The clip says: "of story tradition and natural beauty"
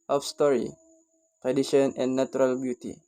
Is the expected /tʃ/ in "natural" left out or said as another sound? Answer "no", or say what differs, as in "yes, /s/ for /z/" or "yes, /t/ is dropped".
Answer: yes, /tʃ/ is dropped